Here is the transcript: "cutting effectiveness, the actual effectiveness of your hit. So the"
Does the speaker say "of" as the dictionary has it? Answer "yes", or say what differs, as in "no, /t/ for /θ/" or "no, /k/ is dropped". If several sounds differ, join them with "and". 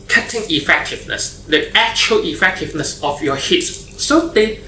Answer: no, /f/ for /v/